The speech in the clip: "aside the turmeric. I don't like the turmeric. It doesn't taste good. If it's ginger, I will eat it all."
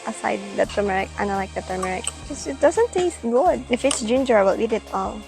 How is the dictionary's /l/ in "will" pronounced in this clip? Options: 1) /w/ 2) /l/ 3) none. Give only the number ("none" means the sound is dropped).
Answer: 1